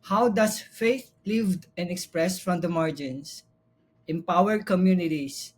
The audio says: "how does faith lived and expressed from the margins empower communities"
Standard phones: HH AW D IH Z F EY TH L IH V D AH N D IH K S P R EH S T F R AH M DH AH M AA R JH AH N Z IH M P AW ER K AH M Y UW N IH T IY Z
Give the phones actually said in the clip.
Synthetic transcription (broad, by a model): HH AW D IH S F EY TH L IH V D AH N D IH K S P R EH S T F R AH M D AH M AA R JH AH N S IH M P AW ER K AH M Y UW N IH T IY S